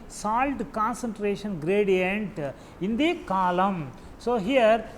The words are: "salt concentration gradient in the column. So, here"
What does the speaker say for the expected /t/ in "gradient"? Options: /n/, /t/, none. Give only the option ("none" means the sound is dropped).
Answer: /t/